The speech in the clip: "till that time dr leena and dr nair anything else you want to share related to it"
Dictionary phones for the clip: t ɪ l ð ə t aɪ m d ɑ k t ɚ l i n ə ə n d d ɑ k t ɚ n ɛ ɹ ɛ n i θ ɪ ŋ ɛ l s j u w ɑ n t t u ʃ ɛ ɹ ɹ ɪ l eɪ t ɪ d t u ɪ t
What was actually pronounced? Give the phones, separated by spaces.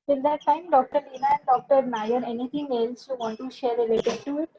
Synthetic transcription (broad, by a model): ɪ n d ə t aɪ m d ɑ k t ɚ l i n ə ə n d d ɑ k t ɚ n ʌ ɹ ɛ n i t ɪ ŋ ɛ l s j u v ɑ n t t u ʃ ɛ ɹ ɹ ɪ l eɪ t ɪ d t u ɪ t